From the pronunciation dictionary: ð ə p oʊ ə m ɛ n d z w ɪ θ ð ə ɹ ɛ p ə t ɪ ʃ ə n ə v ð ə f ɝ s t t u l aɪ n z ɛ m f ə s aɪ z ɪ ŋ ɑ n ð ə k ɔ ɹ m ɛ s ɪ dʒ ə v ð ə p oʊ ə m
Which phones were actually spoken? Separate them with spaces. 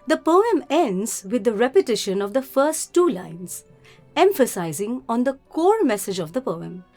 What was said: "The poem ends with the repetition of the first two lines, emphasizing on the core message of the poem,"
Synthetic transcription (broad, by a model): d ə p oʊ ə m ɛ n d z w ɪ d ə ɹ ɛ p ə t ɪ ʃ ə n ə v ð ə f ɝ s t t u l aɪ n z ɛ m f ə s aɪ z ɪ ŋ ɑ n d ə k ɔ ɹ m ɛ s ɪ dʒ ə v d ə p oʊ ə m